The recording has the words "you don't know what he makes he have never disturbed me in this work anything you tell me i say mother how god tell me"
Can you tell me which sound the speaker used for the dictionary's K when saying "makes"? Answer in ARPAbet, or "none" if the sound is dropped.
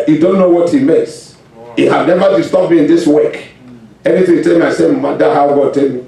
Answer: none